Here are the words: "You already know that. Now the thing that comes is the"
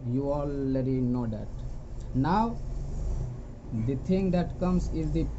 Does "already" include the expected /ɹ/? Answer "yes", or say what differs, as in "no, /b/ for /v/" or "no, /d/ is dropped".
no, /l/ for /ɹ/